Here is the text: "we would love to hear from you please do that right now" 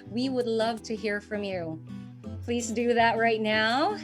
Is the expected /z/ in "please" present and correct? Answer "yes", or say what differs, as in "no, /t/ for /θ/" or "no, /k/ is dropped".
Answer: yes